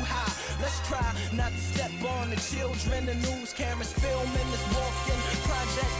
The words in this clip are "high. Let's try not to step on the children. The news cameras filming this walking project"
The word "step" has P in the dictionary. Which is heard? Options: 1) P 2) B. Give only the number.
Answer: 2